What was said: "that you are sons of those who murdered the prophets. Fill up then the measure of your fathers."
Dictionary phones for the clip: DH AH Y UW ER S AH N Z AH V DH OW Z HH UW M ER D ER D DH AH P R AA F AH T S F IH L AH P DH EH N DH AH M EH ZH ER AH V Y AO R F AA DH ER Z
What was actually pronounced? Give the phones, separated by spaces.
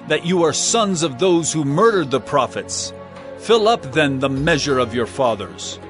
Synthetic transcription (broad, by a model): DH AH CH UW ER S AH N Z AH V DH OW Z HH UW M ER D ER D DH AH P R AA F AH T S F IH L AH P DH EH N DH AH M EH ZH ER AH V Y AO R F AA DH ER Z